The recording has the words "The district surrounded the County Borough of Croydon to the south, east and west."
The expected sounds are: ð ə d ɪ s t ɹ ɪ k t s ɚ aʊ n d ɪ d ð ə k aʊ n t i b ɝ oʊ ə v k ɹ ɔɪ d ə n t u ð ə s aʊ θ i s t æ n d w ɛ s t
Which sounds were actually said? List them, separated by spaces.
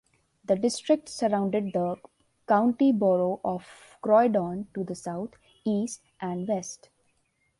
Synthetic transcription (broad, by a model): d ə d ɪ s t ɹ ɪ k t s ɚ aʊ n d ɪ d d ə k aʊ n t i b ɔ oʊ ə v k ɹ ɔɪ d ə n t u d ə s aʊ t i s t æ n d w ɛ s t